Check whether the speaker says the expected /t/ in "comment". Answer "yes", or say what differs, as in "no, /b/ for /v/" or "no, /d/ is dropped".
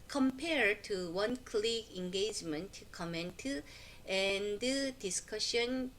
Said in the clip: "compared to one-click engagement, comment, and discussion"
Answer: yes